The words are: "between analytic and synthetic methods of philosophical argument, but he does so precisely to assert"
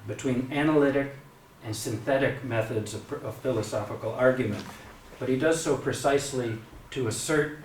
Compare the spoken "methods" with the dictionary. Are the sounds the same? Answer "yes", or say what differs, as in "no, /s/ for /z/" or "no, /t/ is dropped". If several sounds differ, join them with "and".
yes